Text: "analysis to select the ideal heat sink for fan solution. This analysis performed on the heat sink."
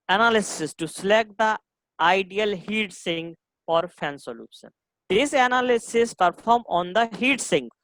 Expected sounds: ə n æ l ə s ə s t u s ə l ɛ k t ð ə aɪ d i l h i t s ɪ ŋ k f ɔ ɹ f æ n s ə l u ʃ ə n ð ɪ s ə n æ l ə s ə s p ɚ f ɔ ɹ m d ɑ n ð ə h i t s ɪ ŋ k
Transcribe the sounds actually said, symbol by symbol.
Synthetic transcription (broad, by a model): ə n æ l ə s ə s t u s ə l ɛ k t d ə aɪ d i l h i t s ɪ ŋ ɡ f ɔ ɹ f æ n s ə l u ʃ ə n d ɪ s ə n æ l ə s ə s p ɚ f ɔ ɹ m ɑ n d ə h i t s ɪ ŋ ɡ